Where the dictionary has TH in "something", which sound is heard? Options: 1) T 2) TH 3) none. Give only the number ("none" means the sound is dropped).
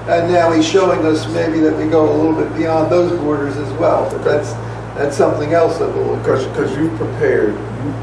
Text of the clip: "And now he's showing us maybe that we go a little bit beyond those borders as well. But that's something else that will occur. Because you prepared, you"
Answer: 2